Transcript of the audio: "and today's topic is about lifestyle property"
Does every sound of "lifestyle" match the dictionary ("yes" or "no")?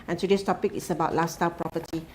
no